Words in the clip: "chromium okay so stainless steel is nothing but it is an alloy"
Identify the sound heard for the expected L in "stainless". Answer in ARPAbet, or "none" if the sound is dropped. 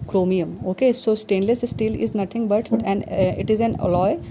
L